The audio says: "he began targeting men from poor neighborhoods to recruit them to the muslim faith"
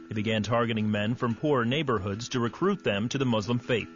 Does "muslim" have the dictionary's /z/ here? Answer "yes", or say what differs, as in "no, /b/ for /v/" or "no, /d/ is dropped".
yes